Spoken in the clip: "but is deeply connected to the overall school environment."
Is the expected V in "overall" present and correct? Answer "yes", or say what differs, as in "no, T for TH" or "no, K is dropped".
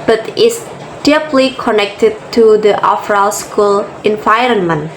no, F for V